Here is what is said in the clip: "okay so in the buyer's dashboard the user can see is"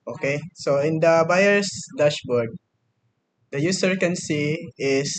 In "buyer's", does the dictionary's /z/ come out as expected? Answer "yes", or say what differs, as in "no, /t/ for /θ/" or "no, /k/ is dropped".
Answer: no, /s/ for /z/